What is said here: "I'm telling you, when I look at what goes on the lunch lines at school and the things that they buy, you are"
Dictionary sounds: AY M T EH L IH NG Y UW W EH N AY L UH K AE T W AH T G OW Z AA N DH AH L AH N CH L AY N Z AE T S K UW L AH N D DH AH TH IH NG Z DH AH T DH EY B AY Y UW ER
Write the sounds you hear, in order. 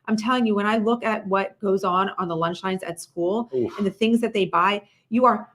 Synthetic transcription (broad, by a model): AY M T EH L IH NG Y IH W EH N AY L UH K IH T W AH T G OW Z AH N DH AH L AH N CH L AY N Z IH T S K UW L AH N DH AH TH IH NG Z DH AH T DH EY B AY Y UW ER